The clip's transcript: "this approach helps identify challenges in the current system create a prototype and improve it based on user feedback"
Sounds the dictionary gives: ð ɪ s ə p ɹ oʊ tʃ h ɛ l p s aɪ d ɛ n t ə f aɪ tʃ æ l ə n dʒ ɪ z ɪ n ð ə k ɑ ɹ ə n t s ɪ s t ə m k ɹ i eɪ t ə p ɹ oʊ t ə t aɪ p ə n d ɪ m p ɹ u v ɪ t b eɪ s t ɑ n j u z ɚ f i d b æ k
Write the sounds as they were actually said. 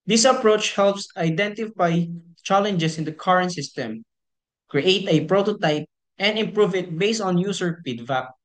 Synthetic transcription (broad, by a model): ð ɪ s ə p ɹ oʊ tʃ h ɛ l p s aɪ d ɛ n t ə f aɪ tʃ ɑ l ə n dʒ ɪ s ɪ n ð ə k ɑ ɹ ə n t s ɪ s t ə m k ɹ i eɪ t ə p ɹ oʊ t ə t aɪ p ə n d ɪ m p ɹ u v ɪ t b eɪ s t ɑ n j u s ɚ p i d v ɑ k